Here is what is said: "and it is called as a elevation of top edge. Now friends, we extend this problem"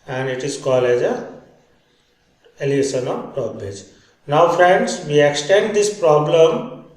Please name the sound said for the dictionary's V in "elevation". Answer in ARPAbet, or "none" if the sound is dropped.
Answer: none